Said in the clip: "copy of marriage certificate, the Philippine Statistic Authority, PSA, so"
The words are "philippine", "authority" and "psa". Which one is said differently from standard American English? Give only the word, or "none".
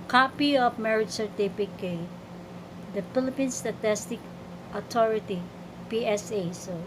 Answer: authority